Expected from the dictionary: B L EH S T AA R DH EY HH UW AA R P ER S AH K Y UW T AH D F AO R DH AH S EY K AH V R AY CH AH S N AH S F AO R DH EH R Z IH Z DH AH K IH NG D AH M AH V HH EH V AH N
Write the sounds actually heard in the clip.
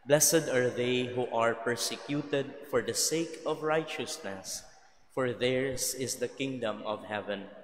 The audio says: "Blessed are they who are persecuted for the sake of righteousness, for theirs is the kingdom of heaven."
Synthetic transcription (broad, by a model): B L EH S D AA R DH EY HH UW AA R P ER S AH K Y UW T AH D F AO R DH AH S EY K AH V R AY CH AH S N AH S F AO R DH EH R S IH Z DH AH K IH NG D AH M AH V HH EH V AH N